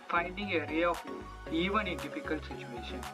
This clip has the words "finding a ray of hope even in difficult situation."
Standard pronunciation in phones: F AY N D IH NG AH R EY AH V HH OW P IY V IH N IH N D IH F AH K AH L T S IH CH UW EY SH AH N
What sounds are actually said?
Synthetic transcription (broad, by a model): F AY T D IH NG AH R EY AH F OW IY V IH N IH N D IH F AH K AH L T S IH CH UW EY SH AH N